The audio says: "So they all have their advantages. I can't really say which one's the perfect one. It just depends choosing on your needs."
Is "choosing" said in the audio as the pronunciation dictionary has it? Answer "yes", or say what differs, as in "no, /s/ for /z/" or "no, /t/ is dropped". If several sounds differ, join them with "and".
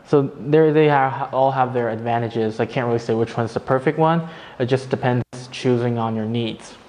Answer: yes